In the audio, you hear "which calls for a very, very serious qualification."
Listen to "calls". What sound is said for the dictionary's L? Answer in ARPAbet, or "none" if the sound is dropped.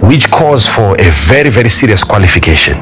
none